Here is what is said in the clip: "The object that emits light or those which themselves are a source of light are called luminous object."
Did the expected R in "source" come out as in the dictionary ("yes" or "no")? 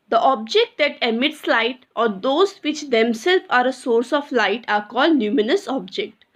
yes